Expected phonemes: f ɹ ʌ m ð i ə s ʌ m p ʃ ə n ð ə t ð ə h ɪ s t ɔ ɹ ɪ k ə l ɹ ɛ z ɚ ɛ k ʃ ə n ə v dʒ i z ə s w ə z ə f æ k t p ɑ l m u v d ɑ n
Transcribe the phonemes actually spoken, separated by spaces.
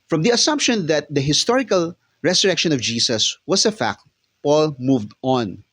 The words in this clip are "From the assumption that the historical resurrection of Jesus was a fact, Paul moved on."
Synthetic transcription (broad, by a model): f ɹ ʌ m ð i ə s ʌ m p ʃ ə n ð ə t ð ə h ɪ s t ɔ ɹ ɪ k ə l ɹ ɛ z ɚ ɛ k ʃ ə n ə v dʒ i s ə s w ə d ə f æ k t p ɑ l m u v d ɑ n